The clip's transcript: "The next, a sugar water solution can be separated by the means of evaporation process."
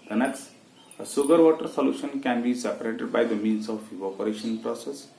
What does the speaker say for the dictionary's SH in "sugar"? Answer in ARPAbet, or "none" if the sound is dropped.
S